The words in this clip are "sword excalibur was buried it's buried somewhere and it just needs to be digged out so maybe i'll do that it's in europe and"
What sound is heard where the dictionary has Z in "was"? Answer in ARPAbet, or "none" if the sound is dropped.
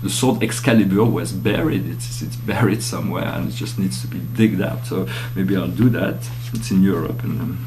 Z